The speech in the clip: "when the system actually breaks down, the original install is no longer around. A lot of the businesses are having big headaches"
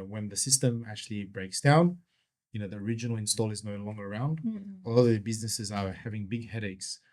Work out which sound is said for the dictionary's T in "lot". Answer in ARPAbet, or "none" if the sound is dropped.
none